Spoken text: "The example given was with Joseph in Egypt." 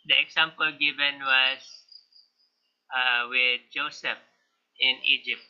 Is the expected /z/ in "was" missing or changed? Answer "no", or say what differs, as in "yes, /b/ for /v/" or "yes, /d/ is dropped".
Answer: yes, /s/ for /z/